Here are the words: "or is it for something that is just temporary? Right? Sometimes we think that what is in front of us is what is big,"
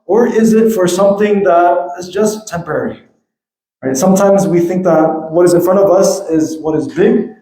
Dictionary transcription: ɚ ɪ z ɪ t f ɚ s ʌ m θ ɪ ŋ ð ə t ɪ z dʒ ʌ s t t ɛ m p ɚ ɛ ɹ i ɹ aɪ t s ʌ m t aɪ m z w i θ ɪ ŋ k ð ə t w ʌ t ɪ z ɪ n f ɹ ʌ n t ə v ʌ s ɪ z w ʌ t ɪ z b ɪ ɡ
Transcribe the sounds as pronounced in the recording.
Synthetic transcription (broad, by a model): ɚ ɪ z ɪ t f ɚ s ʌ m θ ɪ ŋ ð ə t ɪ z dʒ ʌ s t t ɛ m p ɚ ɛ ɹ i ɹ aɪ t s ʌ m t aɪ m z w i θ ɪ ŋ k ð ə t w ʌ t ɪ z ɪ n f ɹ ʌ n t ə v ʌ s ɪ z w ʌ t ɪ z b ɪ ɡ